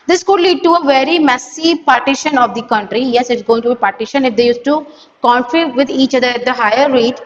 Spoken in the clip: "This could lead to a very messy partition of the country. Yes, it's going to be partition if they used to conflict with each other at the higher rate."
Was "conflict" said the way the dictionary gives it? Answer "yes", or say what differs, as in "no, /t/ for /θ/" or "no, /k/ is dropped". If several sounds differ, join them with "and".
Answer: no, /l/ is dropped